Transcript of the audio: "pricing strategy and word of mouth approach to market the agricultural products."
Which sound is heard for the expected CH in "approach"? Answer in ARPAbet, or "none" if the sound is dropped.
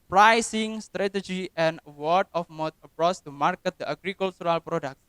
S